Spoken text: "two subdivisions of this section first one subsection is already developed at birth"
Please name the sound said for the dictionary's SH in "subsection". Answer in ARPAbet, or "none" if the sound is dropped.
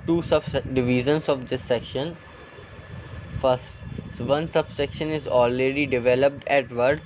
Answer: SH